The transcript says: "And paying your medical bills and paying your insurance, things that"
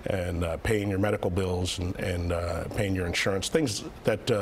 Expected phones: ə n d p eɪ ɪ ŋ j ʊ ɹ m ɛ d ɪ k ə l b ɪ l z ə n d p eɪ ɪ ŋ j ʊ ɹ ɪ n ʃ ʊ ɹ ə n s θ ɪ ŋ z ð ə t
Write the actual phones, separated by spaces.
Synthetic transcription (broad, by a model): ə n p eɪ ɪ ŋ j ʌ ɹ m ɛ d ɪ k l b ɪ l z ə n p eɪ ɪ ŋ j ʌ ɹ ɪ n ʃ ʊ ɹ ə n s θ ɪ ŋ z ð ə t